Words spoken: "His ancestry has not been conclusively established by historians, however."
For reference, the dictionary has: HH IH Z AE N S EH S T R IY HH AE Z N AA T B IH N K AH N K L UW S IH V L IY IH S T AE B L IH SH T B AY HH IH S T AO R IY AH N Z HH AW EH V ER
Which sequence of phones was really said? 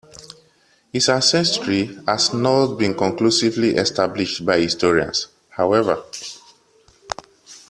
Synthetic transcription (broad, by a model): HH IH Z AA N S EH S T R IY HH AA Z N AA T B IH N K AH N K L UW S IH V L IY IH S T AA B L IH SH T B AY HH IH S T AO R IY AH N S HH AW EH V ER